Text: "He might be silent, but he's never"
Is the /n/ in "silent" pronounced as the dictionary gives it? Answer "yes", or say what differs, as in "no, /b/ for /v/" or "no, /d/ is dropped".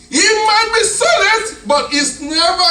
no, /n/ is dropped